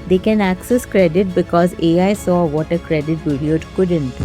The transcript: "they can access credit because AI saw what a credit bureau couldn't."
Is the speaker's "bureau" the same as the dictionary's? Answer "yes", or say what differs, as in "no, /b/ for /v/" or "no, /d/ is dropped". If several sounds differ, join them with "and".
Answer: no, /ɹ/ is dropped